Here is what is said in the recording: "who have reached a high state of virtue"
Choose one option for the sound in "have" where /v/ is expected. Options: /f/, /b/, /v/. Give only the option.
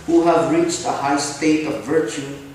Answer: /v/